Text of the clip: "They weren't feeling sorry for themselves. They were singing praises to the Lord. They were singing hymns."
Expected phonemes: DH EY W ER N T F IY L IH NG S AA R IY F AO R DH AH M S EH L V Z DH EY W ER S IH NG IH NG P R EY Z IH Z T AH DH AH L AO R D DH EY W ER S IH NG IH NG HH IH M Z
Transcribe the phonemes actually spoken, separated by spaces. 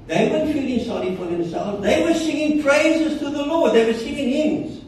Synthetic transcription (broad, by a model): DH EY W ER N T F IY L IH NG S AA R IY F AO R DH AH M S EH L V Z DH EY W ER S IH NG IH NG P R EY Z IH Z T AH DH AH L AO R D DH EY W ER S IH NG IH NG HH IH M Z